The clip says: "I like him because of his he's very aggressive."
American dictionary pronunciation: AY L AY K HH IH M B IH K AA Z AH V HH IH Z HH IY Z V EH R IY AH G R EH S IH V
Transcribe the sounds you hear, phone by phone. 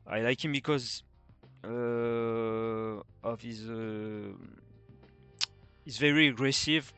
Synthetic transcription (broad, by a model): AY L AY K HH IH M B IH K AA Z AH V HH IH Z HH IY Z V EH R IY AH G R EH S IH V